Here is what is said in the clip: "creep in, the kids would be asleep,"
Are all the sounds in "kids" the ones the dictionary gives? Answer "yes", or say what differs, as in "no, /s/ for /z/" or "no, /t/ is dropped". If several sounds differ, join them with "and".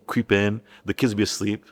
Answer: yes